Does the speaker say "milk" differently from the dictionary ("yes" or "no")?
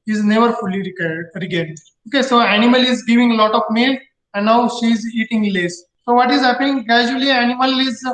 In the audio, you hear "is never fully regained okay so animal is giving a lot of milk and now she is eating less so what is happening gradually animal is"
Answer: yes